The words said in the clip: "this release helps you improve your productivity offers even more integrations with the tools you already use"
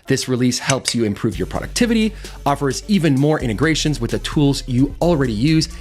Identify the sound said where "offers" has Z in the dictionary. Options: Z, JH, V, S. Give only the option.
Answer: Z